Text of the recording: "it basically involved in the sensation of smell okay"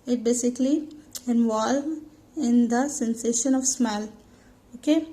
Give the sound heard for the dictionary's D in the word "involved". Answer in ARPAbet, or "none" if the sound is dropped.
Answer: none